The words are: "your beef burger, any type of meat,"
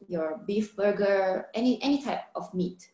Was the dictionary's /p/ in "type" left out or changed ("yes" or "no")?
no